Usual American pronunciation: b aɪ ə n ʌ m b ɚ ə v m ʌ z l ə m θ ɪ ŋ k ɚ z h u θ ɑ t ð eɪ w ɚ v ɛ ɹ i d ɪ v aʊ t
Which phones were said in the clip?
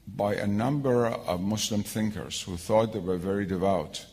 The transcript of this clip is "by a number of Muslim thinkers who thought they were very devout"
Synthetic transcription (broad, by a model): b aɪ ə n ʌ m b ɚ ə v m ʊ s l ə m θ ɪ ŋ k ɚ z h u θ ɑ t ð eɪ w ɚ v ɛ ɹ i d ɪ v aʊ t